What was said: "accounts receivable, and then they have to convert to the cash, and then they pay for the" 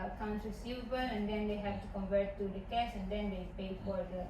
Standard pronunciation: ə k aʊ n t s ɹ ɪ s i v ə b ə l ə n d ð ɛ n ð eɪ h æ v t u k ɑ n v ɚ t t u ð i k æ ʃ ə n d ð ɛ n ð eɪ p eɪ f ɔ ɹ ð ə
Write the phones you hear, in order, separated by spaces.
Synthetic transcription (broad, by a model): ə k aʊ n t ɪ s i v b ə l ə n d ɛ n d eɪ h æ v t u k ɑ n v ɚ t t u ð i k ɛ s ə n d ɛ n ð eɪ p eɪ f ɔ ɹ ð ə